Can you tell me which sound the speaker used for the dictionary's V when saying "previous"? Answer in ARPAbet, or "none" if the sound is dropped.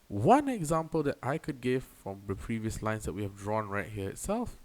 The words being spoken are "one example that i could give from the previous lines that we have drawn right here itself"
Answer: V